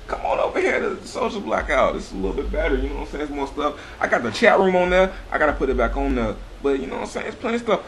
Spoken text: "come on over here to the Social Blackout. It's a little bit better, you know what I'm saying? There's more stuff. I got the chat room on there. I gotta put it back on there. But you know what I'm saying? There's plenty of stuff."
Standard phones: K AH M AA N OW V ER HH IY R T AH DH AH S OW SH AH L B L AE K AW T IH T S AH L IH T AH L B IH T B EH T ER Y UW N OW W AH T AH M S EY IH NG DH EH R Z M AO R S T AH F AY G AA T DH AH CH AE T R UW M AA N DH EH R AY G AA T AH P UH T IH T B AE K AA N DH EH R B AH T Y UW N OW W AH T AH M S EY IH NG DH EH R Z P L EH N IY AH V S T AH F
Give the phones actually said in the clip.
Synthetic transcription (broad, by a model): K AH M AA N OW V ER HH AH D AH S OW AH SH B L AE K AW T IH T S AH L IH L B IH T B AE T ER Y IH N OW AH S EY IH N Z M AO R S T AH F AY G AA T DH AH CH AE T R UW M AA N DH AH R AY G AA T AH P UH T IH T B AE K N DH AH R B AH T Y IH N OW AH S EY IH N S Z P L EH IY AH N S T AH F